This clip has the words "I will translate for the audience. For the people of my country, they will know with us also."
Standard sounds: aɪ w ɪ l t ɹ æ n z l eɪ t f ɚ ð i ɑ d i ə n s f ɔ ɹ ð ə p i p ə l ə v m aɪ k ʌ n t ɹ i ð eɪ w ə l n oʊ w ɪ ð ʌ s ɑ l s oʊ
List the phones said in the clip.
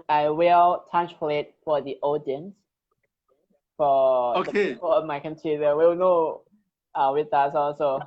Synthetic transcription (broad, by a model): aɪ w ɪ l t æ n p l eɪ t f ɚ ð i ɑ d i ə n s f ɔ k ð ə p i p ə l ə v m aɪ k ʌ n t i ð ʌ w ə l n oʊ w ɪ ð ʌ s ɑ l s oʊ